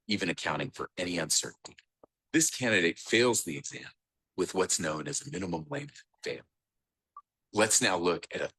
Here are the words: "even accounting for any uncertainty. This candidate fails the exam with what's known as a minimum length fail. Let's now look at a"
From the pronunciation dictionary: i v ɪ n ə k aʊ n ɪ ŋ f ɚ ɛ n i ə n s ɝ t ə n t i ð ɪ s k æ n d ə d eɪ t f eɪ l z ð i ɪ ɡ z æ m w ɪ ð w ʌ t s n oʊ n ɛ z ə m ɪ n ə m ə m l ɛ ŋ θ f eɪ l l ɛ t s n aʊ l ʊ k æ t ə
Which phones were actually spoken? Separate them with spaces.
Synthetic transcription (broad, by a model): i v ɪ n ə k aʊ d ɪ ŋ f ɚ ɛ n i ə n s ɝ t n t i ð ɪ s k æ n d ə d eɪ t f eɪ l z ð i ɪ ɡ z æ m w ɪ ð w ʌ t s n oʊ n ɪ z ə m ɪ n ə m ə m l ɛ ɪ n f eɪ l l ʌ t s n aʊ l ʊ k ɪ t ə